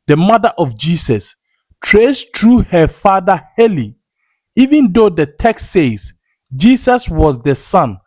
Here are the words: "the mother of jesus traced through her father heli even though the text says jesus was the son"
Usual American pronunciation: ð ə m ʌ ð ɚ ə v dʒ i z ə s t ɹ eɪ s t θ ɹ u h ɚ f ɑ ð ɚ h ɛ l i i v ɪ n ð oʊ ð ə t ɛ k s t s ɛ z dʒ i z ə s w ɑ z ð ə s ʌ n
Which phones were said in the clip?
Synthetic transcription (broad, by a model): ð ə m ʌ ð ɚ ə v dʒ i s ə s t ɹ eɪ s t ɹ u h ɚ f ɑ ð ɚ h ɛ l i i v ɪ n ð oʊ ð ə t ɛ k s t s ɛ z dʒ i s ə s w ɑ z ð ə s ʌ n